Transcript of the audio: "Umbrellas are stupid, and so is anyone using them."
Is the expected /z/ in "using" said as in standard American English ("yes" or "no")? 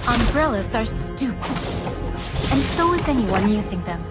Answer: yes